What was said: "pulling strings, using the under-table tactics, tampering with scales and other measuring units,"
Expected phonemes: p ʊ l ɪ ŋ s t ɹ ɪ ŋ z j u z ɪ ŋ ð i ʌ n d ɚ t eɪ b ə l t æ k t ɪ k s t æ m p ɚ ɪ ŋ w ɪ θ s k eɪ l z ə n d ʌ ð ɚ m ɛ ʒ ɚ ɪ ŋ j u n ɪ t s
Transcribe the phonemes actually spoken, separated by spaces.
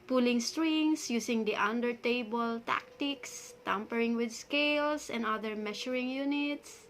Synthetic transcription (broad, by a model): p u l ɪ ŋ s t ɹ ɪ ŋ s j u s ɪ ŋ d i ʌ n d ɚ t eɪ b ə l t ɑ k t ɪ k s t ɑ m p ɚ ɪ ŋ w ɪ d s k eɪ l s ə n d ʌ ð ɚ m ɛ ʃ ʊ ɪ ŋ j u n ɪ t s